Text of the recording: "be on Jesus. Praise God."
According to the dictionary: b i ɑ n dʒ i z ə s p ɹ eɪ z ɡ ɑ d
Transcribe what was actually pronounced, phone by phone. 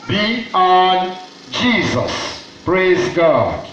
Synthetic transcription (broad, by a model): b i ɑ n dʒ i z ə s p ɹ eɪ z ɡ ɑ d